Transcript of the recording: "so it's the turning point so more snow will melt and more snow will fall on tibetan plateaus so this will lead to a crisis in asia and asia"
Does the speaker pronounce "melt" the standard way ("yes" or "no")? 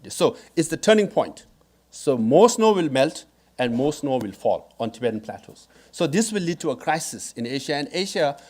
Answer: yes